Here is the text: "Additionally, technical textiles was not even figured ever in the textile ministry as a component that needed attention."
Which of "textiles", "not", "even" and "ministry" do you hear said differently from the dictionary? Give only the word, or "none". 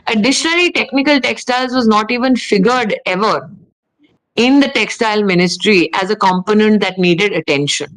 none